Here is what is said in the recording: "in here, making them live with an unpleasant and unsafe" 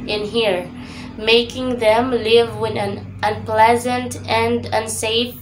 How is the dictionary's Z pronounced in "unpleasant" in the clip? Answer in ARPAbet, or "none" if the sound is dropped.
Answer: Z